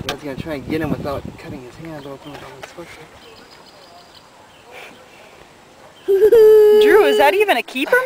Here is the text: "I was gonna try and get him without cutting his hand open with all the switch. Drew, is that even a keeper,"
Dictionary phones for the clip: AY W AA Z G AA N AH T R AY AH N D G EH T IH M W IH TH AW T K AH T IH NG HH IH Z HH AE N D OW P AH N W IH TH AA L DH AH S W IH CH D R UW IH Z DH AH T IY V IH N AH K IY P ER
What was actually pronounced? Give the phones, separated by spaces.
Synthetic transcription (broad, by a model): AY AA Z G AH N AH T R AY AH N G EH T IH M W IH TH AW T K AH T IH NG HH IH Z HH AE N OW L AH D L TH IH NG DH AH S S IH D R UW IH Z DH AH T IY V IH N AH K IY P ER